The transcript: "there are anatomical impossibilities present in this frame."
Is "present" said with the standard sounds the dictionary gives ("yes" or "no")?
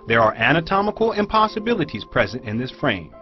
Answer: yes